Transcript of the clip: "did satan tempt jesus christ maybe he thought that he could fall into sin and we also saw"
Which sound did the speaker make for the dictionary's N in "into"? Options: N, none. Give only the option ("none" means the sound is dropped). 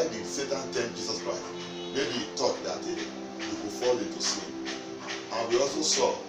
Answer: none